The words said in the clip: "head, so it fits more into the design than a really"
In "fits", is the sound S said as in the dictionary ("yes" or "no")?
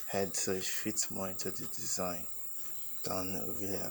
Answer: no